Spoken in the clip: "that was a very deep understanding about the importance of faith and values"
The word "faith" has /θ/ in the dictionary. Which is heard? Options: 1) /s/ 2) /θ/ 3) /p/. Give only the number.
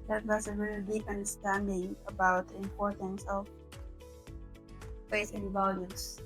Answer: 1